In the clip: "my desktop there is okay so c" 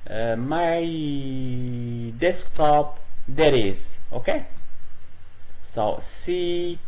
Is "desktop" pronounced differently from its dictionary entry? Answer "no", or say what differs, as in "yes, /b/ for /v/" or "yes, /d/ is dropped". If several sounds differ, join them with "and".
no